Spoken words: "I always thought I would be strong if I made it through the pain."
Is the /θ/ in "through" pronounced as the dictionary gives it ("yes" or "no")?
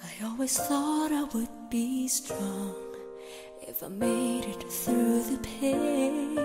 yes